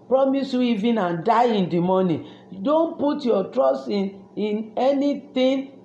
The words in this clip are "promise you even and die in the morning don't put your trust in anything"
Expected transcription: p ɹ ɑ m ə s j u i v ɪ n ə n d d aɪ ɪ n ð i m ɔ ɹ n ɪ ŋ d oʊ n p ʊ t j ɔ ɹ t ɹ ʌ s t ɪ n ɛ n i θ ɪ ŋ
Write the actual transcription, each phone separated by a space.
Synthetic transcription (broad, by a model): p ɹ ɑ m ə s j u i v ɪ n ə n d d aɪ ɪ n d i m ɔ n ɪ d oʊ n p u t j ɔ t ɹ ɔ s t ɪ n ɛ n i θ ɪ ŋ